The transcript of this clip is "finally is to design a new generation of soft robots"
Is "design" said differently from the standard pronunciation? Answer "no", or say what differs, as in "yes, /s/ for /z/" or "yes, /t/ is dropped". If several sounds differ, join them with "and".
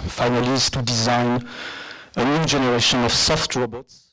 no